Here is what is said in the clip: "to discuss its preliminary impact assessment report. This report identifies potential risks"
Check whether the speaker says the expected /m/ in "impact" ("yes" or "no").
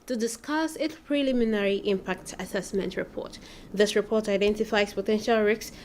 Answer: yes